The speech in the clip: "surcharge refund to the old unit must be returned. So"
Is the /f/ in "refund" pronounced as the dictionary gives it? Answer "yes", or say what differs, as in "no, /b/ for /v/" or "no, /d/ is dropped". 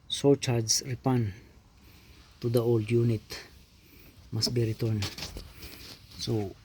no, /p/ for /f/